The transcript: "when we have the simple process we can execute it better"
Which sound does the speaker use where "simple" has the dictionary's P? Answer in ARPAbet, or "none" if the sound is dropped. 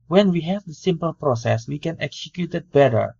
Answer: P